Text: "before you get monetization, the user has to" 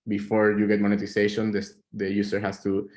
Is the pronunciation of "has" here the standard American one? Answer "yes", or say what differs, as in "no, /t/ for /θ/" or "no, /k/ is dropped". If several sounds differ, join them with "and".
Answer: no, /s/ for /z/